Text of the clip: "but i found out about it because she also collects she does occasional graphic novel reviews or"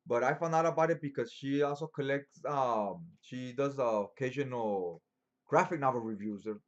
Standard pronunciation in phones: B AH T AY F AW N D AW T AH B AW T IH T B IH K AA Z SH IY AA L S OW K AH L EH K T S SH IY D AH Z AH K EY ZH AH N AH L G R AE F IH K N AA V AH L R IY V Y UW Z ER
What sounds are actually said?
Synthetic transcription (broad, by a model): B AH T AY F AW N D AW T AH B AW T IH T B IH K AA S SH IY AA L S OW K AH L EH K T S SH IY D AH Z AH K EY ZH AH N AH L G R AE F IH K N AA B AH R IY V Y UW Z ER